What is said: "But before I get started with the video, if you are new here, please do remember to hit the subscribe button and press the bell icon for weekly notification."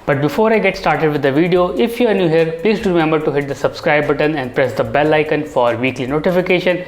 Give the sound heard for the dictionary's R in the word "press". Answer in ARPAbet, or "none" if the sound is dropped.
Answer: R